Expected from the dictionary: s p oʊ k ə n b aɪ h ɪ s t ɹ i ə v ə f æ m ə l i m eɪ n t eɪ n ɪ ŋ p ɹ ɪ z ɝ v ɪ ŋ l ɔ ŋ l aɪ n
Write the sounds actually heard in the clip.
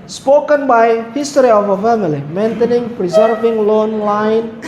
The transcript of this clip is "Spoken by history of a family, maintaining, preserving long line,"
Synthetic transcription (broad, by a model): s p oʊ k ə n b aɪ h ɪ s t ɹ i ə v ə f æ m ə l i m eɪ n t eɪ n ɪ ŋ p ɹ ɪ z ɝ v ɪ ŋ l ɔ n l aɪ n